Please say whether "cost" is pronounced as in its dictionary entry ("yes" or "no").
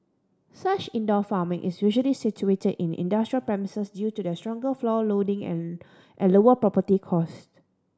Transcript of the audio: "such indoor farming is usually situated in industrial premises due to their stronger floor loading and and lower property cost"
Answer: yes